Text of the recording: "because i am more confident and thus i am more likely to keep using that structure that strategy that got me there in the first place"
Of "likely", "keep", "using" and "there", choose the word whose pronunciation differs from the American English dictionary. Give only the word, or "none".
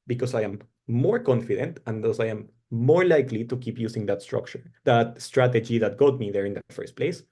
using